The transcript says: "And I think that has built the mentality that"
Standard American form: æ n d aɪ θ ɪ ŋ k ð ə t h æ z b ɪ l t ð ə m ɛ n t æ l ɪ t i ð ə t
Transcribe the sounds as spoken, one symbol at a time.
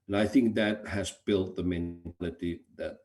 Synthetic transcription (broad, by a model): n aɪ θ ɪ ŋ k ð ə t h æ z b ɪ l t ð ə m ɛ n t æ l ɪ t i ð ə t